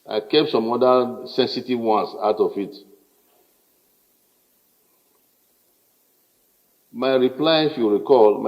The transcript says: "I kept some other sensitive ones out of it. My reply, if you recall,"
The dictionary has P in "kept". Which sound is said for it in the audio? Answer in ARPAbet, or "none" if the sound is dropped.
P